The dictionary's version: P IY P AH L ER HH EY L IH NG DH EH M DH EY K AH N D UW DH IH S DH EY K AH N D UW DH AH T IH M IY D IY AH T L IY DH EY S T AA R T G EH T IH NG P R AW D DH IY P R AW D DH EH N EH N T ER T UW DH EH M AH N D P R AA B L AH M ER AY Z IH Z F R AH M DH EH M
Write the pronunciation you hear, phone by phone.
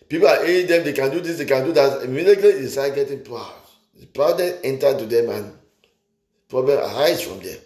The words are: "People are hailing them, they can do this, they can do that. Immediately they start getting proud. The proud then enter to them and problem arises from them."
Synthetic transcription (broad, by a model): P IY P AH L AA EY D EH M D EY K AH N D UW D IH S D EY K AH N D UW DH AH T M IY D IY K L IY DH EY S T AA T G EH T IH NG P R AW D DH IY P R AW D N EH EH N T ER T UW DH EH M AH N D P R AA B L AH M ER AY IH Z F R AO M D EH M